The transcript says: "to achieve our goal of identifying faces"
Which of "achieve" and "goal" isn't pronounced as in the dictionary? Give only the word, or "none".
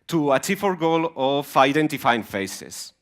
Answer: achieve